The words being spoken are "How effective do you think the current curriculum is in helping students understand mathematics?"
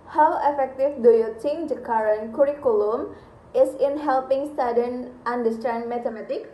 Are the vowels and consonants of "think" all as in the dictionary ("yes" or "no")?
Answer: no